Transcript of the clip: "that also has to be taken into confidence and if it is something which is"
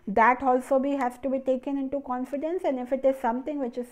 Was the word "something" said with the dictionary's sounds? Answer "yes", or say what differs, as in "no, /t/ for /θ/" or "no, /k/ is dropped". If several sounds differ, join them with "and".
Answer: no, /t/ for /θ/